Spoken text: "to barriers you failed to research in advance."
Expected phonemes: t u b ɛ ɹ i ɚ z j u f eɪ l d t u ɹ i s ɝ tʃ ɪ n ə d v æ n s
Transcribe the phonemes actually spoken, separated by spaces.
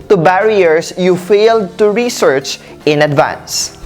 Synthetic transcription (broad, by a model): t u b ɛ ɹ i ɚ s j u f eɪ l d t u ɹ i s ɝ tʃ ɪ n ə d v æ n s